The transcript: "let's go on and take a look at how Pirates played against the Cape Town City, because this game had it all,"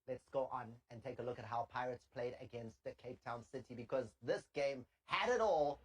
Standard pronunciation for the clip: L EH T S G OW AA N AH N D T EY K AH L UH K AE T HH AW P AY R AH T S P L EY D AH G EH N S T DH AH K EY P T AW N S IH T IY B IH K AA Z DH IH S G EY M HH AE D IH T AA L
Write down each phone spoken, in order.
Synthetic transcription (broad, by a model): L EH T S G OW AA N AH N T EY K AH L UH K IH T HH AW P AY R AH T S P L EY D AH G EH N S T DH AH K EY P T AW N S IH T IY B IH K AA Z DH IH S G EY M HH AE D IH T AA L